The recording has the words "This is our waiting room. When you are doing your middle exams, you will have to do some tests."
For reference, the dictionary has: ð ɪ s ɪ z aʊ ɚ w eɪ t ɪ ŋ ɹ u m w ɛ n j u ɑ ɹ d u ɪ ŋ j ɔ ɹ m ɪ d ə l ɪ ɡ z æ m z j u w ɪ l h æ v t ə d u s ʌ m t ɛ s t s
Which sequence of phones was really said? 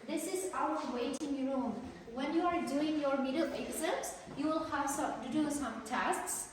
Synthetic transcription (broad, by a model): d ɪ s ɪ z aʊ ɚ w eɪ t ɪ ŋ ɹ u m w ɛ n j u ɑ ɹ d u ɪ ŋ j ɔ ɹ m ɪ d ə l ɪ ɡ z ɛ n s j u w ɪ l h æ v s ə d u s ʌ m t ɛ s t s